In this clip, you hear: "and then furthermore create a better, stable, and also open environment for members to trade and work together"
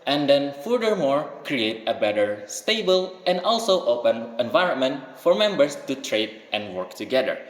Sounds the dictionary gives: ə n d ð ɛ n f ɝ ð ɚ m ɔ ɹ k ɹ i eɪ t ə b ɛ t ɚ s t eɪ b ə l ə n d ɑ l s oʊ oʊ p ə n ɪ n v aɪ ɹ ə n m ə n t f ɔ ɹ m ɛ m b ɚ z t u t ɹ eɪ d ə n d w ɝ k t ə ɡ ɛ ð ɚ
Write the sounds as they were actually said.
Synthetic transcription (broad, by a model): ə n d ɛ n f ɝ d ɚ m ɔ ɹ k ɹ i eɪ t ə b ɛ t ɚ s t eɪ b ə l ə n d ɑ l s oʊ oʊ p ə n ɪ n v aɪ ɹ ə n m ə n t f ɔ ɹ m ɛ m b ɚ s t u t ɹ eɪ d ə n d w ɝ k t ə ɡ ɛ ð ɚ